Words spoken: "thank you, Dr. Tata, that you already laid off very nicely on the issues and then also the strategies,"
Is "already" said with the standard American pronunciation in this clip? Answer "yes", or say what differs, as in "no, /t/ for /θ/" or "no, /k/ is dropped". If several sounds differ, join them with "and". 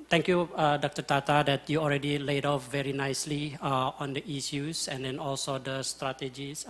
yes